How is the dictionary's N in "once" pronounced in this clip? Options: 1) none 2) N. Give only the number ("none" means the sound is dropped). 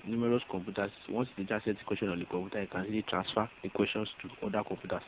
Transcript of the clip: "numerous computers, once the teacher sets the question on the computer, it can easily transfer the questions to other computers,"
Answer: 1